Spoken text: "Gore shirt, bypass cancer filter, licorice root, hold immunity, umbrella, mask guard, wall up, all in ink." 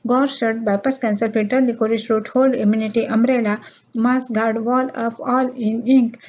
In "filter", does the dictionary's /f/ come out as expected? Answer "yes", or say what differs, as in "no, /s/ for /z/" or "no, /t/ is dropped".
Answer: no, /p/ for /f/